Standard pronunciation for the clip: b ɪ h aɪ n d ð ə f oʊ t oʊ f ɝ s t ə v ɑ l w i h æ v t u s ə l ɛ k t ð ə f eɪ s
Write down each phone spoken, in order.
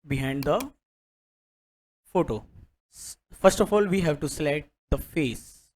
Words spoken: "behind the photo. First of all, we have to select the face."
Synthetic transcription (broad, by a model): b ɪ h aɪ n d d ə f oʊ t oʊ f ɝ s t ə f ɑ l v i h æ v t u s l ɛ t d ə f eɪ s